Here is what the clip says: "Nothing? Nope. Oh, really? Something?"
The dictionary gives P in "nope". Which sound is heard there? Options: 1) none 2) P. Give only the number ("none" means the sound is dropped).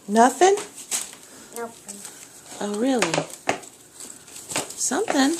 1